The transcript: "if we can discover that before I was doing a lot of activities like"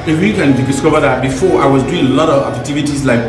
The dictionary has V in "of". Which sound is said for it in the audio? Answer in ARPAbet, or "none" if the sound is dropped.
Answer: V